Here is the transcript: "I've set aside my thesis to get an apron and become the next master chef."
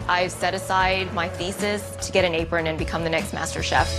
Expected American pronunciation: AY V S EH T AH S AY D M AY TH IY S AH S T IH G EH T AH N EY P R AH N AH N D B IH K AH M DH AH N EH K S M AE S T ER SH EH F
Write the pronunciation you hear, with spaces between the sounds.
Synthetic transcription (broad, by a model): AY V S EH T AH S AY D M AY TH IY S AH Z T IH G EH T AH N EY P R AH N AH N B IH K AH M DH AH N EH K S M AE S T ER SH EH F